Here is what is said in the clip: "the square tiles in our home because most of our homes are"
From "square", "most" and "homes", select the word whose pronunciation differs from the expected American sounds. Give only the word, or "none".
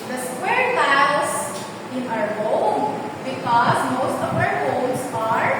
homes